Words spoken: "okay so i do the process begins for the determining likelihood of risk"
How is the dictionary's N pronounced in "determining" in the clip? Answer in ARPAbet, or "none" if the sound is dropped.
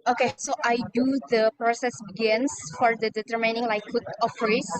N